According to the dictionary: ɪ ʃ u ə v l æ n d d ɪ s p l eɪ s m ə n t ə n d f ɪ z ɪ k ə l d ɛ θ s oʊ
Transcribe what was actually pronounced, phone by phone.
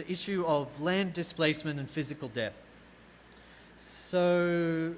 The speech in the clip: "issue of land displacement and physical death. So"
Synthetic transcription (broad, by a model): ɪ ʃ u ə v l æ n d d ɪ s p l eɪ s m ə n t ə n f ɪ z ɪ k ə l d ɛ θ s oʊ